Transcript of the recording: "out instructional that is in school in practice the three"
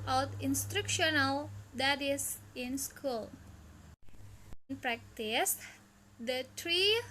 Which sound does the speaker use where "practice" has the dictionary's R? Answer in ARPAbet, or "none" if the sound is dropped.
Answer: R